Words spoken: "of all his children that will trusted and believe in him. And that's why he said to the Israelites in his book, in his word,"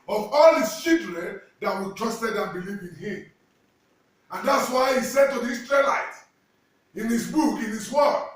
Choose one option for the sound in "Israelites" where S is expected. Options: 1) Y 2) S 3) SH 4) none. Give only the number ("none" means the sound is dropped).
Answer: 4